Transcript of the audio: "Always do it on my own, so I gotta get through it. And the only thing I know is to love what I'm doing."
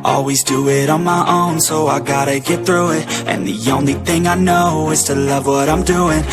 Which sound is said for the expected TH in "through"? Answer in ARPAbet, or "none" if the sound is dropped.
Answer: TH